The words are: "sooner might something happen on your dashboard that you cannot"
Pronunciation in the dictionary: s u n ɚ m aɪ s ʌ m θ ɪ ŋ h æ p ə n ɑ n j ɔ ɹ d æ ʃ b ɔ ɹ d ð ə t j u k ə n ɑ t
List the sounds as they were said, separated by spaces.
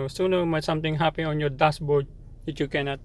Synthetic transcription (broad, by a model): s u n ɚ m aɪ s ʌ m t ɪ ŋ h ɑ p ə ɑ n j ɔ ɹ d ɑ s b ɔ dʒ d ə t j u k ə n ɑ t